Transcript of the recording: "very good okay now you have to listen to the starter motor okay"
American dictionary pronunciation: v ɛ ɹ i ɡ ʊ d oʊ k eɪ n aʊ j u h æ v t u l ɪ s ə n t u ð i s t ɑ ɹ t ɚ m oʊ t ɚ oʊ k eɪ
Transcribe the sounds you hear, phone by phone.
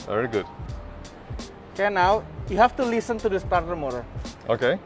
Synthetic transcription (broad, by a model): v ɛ ɹ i ɡ ʊ d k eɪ n aʊ j u h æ f t u l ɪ s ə n t u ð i s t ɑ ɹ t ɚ m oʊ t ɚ oʊ k eɪ